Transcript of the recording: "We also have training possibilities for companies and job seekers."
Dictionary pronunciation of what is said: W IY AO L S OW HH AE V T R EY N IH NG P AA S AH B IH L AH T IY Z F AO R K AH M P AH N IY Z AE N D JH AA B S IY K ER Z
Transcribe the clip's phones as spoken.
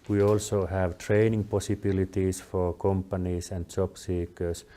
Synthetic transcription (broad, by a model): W IY AO L S OW HH AE V T R EY N IH NG P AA S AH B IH L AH T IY S F AO R K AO M P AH N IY S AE N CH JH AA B S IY K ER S